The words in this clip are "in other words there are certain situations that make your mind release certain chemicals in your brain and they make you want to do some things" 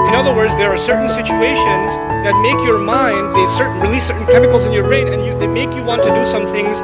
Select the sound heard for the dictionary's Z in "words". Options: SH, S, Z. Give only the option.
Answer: Z